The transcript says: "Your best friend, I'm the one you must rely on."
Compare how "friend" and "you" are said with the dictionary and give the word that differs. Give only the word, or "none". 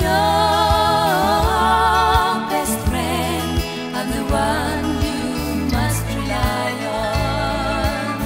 friend